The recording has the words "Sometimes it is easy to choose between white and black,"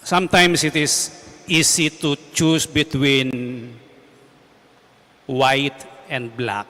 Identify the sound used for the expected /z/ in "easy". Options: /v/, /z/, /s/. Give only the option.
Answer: /s/